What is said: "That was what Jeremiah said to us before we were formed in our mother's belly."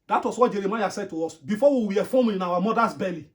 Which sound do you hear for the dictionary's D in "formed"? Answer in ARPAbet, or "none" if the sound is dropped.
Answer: none